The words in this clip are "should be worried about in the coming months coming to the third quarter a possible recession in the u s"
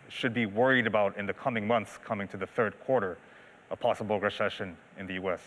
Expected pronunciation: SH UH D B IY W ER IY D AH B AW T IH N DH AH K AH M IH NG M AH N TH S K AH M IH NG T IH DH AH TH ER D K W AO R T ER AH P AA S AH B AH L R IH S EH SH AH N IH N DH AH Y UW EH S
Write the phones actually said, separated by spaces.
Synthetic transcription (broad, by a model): SH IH D B IY W ER IY D AH B AW T IH N DH AH K AH M IH NG M AH N TH S K AH M IH NG T IH DH AH TH ER D K W AO R T ER AH P AA S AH B L R IH S EH SH AH N IH N DH AH Y UW EH S